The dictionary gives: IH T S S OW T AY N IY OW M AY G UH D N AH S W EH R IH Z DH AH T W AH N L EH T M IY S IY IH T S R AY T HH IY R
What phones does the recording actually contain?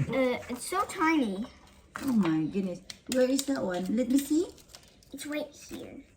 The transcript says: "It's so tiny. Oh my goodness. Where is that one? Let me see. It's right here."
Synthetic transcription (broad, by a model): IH T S S OW T AY N IY OW M AY G UH D N AH S W EH R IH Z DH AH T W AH N L EH T M IY S IY IH T S W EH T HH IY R